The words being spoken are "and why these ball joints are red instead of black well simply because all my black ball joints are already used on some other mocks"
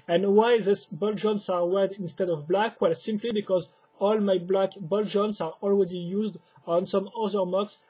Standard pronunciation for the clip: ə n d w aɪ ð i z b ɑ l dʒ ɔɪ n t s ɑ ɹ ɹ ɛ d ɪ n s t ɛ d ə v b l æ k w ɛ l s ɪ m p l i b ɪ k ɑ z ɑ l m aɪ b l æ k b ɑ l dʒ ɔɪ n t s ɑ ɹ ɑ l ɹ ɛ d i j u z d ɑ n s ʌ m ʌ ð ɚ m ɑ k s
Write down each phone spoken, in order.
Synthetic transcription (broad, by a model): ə n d w aɪ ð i s b ɑ l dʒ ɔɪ n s ɑ ɹ w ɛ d ɪ n s t ɛ d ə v b l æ k w ɛ l s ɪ m p l i b ɪ k ɑ z ɑ l m aɪ b l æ k b ɑ l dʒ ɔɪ n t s ɑ ɹ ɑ l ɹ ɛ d i j u z d ɑ n s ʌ m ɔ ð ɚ m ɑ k s